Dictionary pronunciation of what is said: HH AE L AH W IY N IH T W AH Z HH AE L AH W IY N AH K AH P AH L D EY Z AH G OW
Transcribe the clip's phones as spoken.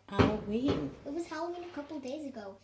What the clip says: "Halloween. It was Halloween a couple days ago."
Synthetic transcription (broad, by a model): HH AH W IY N IH T W AH Z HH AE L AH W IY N AH K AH P L D EY Z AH G OW